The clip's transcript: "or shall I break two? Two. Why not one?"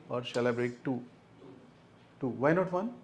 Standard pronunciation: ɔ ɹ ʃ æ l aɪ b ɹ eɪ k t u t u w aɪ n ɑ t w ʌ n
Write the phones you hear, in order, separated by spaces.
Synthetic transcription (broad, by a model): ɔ ɹ s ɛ l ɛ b ɹ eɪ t t u t u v aɪ n ɑ t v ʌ n